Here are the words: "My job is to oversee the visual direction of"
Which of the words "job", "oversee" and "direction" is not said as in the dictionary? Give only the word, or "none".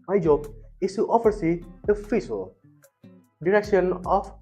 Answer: oversee